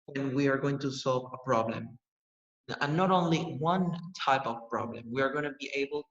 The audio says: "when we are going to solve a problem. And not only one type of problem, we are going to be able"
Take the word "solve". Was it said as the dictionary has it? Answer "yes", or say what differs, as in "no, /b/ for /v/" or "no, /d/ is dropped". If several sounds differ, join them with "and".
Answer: yes